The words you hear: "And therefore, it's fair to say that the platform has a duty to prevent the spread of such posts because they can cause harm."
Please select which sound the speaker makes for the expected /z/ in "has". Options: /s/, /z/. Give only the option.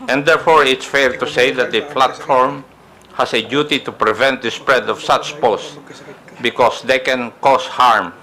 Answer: /s/